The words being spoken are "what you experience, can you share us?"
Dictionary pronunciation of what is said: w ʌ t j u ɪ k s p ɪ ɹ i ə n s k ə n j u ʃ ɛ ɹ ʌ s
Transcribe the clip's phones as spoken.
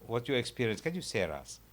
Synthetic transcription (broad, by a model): w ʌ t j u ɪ k s p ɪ ɹ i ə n s k ə n j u s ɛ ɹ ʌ s